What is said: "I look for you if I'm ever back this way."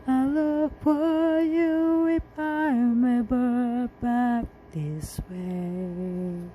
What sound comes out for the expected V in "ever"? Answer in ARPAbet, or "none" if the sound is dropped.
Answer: B